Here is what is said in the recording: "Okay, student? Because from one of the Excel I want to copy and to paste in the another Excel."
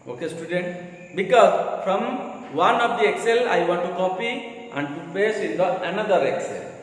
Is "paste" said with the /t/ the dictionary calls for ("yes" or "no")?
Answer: no